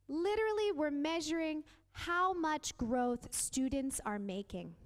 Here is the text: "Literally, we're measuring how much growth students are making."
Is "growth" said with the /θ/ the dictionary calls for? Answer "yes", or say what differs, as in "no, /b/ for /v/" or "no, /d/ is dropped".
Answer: yes